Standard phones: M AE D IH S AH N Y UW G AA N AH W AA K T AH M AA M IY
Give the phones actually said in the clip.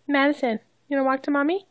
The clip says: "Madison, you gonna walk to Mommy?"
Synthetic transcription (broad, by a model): M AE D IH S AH N Y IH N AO AH W AA K T AH M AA M IY